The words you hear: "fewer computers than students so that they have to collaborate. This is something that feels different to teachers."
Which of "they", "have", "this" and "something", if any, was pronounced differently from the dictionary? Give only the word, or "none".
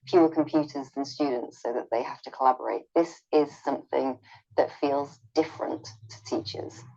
have